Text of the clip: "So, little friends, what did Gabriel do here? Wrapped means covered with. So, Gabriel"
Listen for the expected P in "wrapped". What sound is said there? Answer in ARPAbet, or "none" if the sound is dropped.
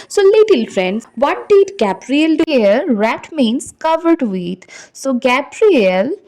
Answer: none